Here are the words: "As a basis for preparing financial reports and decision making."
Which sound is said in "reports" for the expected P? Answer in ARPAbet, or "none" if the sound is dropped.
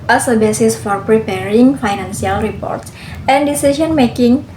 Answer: P